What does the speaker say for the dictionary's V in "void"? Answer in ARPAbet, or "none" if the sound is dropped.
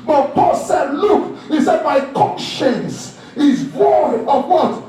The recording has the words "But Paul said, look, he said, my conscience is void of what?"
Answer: W